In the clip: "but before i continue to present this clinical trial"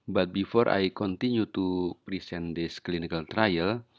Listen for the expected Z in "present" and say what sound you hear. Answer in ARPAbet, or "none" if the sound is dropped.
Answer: S